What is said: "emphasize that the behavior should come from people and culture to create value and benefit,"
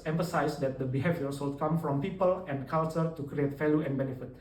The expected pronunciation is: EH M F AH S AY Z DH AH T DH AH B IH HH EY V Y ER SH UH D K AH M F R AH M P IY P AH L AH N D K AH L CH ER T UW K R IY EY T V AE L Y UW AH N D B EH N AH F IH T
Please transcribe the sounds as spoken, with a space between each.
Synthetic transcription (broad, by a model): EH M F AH S AY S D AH T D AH B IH HH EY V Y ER S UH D K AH M F R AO M P IY P AH L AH N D K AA L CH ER T UW K R IY EY T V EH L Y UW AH N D B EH N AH F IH T